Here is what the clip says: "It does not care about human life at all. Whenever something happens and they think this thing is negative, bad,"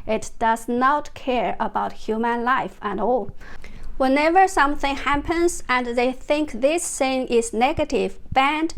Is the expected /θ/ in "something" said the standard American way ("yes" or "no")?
yes